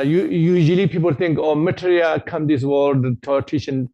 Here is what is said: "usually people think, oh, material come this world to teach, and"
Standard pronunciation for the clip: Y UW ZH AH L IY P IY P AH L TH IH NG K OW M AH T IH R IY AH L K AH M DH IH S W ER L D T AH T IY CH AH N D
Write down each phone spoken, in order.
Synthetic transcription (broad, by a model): Y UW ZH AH L IY P IY P AH L T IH NG K OW M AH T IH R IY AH K AH M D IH S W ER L D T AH T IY SH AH N